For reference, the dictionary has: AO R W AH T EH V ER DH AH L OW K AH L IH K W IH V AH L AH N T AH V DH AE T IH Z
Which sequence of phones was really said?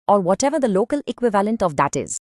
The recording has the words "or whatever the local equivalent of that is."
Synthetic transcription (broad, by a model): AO R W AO T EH V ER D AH L OW K AH L IH K W IH V AH L AH N T AH V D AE T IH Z